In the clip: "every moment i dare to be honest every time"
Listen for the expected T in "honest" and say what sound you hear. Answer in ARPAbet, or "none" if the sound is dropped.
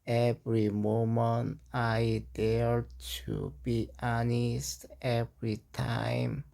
T